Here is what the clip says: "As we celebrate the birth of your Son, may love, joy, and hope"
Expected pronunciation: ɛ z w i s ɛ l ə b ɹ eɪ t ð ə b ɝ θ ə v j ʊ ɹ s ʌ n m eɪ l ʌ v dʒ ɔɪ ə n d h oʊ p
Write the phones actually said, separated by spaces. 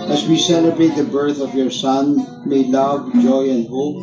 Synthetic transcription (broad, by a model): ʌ z w i s ɛ l ə b ɹ eɪ t ð ə b ɝ θ ə v j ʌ ɹ s ʌ n m eɪ l ʌ v dʒ ɔɪ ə n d h oʊ p